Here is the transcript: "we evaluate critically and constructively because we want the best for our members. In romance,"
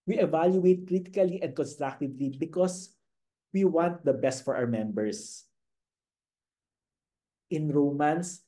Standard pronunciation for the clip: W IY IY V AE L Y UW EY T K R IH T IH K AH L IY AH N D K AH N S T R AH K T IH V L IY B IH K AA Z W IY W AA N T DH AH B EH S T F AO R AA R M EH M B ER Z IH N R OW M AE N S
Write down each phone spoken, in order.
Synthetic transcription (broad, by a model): W IY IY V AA L Y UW EY T K R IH T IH K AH L IY AH N D K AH N S T R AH K T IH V L IY B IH K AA S W IY W AA N T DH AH B EH S T F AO R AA W M EH M B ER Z IH N R OW M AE N S